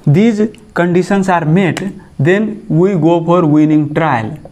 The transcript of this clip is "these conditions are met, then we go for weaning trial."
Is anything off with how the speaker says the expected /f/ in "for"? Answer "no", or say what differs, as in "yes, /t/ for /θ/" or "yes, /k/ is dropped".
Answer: yes, /p/ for /f/